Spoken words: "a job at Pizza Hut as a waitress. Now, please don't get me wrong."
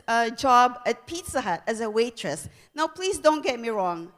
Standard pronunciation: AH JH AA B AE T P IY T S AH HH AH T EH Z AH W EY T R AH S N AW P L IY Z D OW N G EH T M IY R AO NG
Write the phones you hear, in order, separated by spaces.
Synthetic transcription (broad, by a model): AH JH AA B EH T P IY T S AH HH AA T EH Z AH W EY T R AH S N AW P L IY S D OW N G EH T M IY R AO NG